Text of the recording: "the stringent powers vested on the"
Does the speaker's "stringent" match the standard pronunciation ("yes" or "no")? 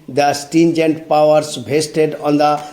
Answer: no